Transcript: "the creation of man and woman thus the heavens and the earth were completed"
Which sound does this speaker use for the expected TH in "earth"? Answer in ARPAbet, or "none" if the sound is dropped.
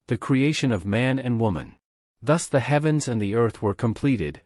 TH